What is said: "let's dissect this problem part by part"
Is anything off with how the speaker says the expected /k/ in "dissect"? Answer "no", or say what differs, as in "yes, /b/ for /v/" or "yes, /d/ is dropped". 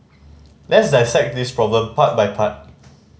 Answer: no